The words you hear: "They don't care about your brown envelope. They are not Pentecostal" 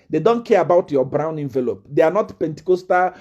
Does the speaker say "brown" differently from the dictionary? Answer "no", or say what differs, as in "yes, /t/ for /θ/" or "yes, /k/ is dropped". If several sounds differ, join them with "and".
no